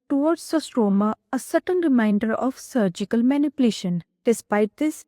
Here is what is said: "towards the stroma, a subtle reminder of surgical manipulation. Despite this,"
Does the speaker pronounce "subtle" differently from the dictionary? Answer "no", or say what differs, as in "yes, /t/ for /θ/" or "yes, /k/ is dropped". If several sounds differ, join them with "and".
yes, /n/ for /l/